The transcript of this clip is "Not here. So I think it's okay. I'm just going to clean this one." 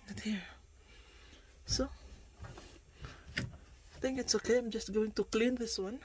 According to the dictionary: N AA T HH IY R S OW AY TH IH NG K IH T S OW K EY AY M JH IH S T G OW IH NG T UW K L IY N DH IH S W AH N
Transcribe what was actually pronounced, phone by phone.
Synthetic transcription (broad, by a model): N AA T HH IY R S OW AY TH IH NG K IH T S OW K EY AY M JH IH S T G OW IH NG T UW K L IY N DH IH S W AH N